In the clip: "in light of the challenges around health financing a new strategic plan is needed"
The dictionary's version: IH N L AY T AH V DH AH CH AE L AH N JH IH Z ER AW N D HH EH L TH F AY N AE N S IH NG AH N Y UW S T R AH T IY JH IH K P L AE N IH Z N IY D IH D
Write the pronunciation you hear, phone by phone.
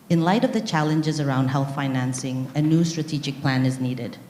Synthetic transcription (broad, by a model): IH N L AY T AH V DH AH CH AE L AH N JH IH Z ER AW N D HH EH L TH F AY N AE N S IH NG AH N Y UW S T R AH T IY JH IH K P L AE N IH Z N IY D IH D